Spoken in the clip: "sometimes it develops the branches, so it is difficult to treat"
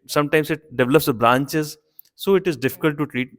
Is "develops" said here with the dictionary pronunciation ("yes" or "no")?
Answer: yes